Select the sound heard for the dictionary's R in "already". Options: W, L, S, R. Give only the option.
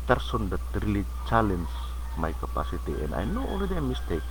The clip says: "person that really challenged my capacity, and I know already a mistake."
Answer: L